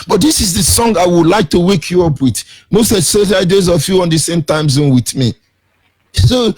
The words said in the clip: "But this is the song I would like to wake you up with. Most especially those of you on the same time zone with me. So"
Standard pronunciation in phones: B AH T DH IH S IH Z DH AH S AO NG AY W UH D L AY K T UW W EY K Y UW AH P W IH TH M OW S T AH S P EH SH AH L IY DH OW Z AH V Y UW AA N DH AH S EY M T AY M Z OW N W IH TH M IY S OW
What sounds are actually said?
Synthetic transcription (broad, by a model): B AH T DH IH S IH Z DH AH S AO NG AY W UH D L AY K T UW W EY K Y UW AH P W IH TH M OW S T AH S EH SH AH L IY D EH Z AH F Y UW AA N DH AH S EY M T AY M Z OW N W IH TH M IY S OW